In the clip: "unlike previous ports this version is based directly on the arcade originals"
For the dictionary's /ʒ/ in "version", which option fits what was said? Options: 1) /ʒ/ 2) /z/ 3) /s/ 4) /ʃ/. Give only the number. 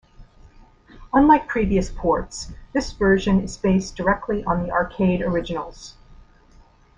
1